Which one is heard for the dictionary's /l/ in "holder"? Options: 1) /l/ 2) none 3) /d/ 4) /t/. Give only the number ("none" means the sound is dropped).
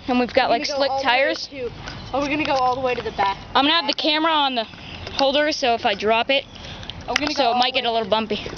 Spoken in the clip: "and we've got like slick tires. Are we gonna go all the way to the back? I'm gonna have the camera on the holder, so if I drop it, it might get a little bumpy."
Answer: 1